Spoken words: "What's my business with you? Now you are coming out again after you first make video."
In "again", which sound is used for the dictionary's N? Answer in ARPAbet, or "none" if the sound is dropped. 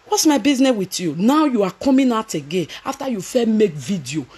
N